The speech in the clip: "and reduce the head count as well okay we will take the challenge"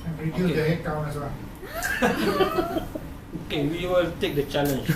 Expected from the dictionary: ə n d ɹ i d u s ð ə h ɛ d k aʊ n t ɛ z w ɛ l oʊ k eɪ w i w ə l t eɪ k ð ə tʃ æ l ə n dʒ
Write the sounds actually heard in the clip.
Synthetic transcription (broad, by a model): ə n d ɹ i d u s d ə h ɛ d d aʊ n ɛ s w ɛ l oʊ k eɪ w i w ə l t eɪ k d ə tʃ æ l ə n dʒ